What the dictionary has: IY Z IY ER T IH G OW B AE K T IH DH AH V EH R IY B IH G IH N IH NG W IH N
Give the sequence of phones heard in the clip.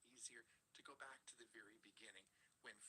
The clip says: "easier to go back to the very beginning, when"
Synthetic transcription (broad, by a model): IY Z IY ER T IH G OW B AE K T IH DH AH V EH R IY B IH G IH N IH NG W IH N